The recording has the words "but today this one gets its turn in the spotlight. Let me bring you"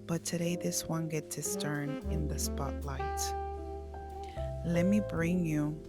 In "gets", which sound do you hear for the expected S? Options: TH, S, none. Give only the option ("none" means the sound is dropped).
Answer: none